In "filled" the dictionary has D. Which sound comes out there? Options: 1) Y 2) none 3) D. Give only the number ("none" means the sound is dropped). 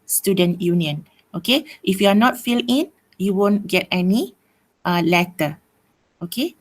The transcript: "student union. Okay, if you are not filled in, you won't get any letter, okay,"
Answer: 2